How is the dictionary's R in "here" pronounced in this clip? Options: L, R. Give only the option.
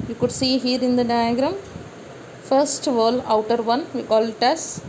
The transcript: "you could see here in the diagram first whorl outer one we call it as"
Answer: R